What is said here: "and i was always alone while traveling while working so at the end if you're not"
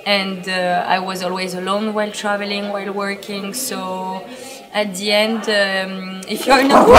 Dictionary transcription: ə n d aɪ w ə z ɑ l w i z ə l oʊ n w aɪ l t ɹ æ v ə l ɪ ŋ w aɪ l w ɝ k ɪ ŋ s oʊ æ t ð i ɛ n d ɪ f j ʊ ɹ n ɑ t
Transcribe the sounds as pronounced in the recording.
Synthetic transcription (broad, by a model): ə n d aɪ w ə z ɑ l w i z ə l oʊ n w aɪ l t ɹ æ v ə l ɪ ŋ w aɪ l w ɝ k ɪ ŋ s oʊ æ t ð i ɛ n d ɪ f j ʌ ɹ n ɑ